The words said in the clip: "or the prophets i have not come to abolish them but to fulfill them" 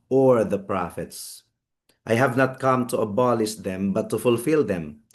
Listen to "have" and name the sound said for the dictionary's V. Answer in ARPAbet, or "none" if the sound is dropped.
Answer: V